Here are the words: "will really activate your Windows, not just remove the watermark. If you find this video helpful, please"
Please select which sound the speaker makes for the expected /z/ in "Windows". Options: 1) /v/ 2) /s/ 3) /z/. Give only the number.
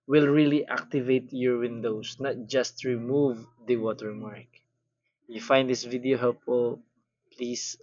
2